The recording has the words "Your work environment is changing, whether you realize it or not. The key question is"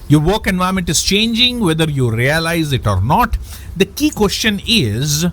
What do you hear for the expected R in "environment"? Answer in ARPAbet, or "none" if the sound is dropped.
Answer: none